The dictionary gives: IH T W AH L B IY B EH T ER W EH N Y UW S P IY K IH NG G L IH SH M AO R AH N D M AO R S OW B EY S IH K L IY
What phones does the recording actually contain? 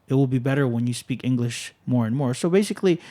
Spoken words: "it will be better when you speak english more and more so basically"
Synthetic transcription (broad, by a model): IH T W AH L B IY B EH T ER W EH N Y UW S P IY K IH NG G L IH SH M AO R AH N M AO R S OW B EY S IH K L IY